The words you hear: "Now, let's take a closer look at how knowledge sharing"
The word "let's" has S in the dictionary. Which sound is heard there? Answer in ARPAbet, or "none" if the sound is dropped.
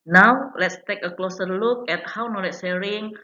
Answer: S